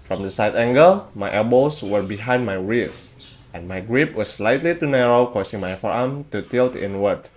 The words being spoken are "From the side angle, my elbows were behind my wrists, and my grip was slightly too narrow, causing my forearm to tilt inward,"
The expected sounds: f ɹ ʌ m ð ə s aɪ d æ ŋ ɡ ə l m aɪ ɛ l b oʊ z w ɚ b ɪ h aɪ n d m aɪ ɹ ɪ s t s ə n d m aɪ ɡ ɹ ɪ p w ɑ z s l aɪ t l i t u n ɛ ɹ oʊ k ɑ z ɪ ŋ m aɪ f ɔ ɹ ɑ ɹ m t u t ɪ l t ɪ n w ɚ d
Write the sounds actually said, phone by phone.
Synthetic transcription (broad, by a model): f ɹ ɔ m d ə s aɪ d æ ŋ ɡ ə l m aɪ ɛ b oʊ s w ɚ b ɪ h aɪ n d m aɪ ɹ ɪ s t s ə n m aɪ ɡ ɹ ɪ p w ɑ s l aɪ t l i t u n ɛ ɹ oʊ k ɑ s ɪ ŋ m aɪ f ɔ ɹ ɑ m t u t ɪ l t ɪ n w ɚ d